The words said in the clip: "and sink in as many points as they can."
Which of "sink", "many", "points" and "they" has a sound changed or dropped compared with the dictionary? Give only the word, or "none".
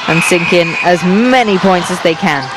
none